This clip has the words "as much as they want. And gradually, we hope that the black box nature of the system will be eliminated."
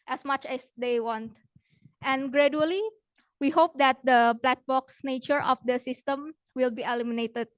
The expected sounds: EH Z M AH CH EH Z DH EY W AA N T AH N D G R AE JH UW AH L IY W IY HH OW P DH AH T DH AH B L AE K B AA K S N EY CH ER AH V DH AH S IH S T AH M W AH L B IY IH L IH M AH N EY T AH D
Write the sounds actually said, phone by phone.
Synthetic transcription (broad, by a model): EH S M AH CH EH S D EY W AA N T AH N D G R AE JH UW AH L IY W IY HH OW P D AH T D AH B L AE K B AA K S N EY CH ER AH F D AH S IH S T AH M W AH L B IY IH L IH M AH N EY T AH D